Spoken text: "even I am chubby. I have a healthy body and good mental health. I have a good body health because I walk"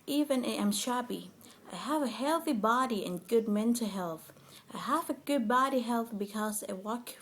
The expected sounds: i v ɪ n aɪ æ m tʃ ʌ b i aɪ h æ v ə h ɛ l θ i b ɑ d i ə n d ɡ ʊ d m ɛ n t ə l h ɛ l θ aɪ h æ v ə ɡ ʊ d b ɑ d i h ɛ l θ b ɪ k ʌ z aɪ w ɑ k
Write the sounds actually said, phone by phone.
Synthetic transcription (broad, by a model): i v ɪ n aɪ m ʃ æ b i aɪ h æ v ə h ɛ l θ i b ɑ d i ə n ɡ ʊ d m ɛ n t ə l h ɛ l θ aɪ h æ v ə ɡ ʊ d b ɑ d i h ɛ l θ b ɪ k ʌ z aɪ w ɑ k